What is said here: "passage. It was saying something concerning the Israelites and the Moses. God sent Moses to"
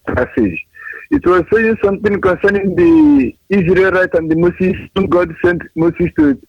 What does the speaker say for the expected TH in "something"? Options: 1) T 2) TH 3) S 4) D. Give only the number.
1